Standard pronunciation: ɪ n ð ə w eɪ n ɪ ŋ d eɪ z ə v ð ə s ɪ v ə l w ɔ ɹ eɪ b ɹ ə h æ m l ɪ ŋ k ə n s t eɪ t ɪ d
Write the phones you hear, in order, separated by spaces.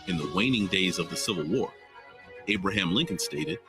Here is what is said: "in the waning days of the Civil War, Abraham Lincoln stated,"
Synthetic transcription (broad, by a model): ɪ n ð ə w eɪ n ɪ ŋ d eɪ z ə v ð ə s ɪ v l w ɔ ɹ eɪ b ɹ ə h æ m l ɪ ŋ k ə n s t eɪ t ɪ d